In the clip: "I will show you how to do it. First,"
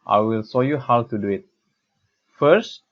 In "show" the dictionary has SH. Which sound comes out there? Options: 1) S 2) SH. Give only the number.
1